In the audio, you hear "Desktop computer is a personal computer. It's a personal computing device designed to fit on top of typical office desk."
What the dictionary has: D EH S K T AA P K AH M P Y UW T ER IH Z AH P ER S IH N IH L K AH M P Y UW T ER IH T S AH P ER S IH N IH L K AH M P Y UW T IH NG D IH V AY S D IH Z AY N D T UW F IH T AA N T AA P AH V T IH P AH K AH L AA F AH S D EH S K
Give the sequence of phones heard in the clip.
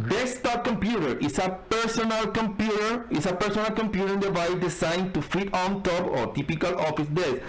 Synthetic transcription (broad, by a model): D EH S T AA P K AH M P Y UW T ER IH S AH P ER S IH N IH L K AH M P Y UW T ER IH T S AH P ER S IH N IH L K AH M P Y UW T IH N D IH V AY D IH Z AY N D T UW F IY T AA N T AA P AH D T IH P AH K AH L AA F AH S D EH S